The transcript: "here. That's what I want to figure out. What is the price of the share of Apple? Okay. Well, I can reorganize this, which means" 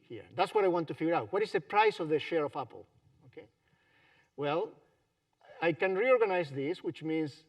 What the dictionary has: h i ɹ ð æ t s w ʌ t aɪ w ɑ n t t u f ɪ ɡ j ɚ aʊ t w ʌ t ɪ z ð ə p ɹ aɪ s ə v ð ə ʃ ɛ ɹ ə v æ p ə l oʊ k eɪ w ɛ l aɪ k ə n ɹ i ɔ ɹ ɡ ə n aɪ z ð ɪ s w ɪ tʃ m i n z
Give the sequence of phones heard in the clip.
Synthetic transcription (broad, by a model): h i ɹ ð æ t s w ʌ t aɪ w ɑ n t t u f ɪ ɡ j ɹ aʊ t w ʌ t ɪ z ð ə p ɹ aɪ s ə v ð ə ʃ ɛ ɹ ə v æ p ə l oʊ k eɪ w ɛ l aɪ k ə n ɹ i ɔ ɹ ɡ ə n aɪ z ð ɪ s w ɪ tʃ m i n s